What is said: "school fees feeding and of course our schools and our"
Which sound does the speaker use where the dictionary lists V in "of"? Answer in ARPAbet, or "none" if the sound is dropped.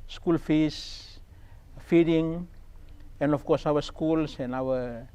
F